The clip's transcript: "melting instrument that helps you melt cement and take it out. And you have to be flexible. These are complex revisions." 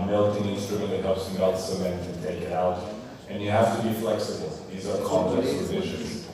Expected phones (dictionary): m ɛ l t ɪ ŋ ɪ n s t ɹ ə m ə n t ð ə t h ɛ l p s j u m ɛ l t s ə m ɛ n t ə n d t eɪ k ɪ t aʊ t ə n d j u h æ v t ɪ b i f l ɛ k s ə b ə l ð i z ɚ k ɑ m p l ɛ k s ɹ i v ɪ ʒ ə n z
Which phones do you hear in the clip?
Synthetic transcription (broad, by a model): m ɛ l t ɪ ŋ ɪ n s t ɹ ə m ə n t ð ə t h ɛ p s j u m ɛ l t s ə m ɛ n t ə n t eɪ k ɪ t aʊ t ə n j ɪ h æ f t ɪ b i f l ɛ k s ə b ə l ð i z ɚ k ɑ m p l ɛ k s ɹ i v ɪ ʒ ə n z